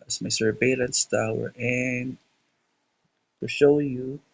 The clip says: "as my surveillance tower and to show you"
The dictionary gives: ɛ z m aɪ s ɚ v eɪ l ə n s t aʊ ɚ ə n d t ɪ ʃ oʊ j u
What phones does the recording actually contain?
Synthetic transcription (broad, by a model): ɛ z m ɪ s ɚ b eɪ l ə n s t aʊ ɚ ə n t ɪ ʃ oʊ j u